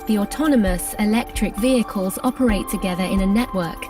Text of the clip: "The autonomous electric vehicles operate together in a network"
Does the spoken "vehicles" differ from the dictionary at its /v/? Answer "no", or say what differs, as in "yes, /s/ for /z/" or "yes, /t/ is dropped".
no